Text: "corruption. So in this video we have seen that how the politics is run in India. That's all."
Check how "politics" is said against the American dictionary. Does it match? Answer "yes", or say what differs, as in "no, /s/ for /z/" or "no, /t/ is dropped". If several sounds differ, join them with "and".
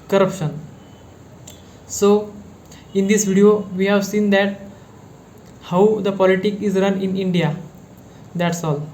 no, /s/ is dropped